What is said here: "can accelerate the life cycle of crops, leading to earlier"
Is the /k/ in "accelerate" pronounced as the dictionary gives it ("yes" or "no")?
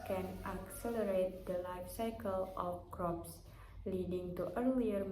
yes